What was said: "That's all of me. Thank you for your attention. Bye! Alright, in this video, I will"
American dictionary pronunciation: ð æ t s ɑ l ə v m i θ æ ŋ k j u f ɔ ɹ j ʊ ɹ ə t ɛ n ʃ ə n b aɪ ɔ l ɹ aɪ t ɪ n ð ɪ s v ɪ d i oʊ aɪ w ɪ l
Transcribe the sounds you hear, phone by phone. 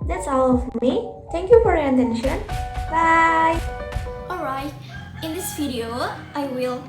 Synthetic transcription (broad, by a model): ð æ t s ɑ l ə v m i t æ ŋ k j u f ɔ ɹ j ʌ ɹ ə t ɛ n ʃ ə n b aɪ ɔ l ɹ aɪ t ɪ n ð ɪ s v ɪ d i oʊ aɪ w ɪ l